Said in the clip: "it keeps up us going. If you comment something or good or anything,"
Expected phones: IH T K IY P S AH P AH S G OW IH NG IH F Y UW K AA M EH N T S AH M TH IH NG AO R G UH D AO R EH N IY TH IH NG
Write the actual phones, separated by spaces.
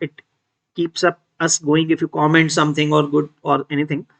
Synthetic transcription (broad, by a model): IH T K IY P S AH P AH S G OW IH NG IH F Y UW K AA M EH N T S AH M T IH NG AO R G UH D AO R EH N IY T IH NG